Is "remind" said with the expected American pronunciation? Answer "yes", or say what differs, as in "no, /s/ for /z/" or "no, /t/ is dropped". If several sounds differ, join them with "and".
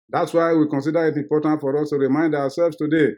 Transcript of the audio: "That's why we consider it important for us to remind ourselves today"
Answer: yes